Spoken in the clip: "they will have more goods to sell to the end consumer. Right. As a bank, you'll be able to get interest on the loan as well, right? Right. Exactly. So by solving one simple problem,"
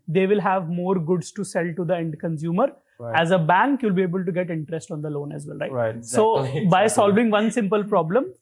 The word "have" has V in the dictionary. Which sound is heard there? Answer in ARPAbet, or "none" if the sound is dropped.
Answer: V